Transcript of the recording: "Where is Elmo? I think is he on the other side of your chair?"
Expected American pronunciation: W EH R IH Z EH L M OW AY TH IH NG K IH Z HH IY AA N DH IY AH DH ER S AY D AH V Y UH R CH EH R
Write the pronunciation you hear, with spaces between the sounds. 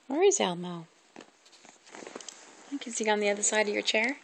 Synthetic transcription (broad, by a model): W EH R IH Z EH L M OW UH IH K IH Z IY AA N DH IY AH DH ER S AY D AH V Y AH R CH EH R